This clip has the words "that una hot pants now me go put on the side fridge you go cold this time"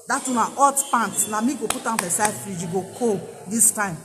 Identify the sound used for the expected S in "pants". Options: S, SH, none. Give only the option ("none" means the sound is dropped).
none